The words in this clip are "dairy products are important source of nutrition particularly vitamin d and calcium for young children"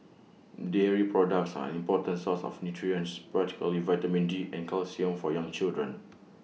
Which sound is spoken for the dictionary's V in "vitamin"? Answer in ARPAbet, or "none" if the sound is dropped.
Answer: V